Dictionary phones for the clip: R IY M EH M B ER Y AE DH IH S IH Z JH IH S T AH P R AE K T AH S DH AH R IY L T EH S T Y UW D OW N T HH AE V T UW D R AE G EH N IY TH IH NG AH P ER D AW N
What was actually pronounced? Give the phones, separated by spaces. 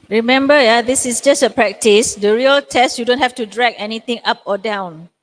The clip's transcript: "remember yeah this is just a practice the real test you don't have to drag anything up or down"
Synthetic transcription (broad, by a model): R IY M EH M B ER Y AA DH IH S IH S JH IH S T AH P R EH K T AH S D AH R IY L T EH S T Y UW D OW N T HH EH F T UW D R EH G EH N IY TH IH NG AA P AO D AW N